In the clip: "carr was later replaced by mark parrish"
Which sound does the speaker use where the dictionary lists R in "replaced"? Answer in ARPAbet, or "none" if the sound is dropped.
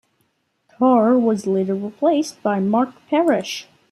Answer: L